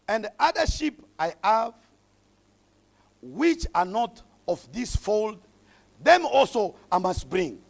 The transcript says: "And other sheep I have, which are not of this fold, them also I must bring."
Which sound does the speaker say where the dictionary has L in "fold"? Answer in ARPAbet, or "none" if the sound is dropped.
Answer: L